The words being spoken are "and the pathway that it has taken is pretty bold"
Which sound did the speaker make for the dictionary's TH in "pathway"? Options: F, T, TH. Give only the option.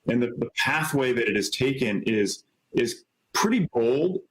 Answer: TH